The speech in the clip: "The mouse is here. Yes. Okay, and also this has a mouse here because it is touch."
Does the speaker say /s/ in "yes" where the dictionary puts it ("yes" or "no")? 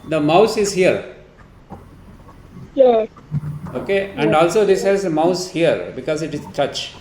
no